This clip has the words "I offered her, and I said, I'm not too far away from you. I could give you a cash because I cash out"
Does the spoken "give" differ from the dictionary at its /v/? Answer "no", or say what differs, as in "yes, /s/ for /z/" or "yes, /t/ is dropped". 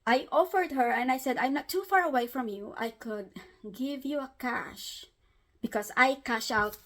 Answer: no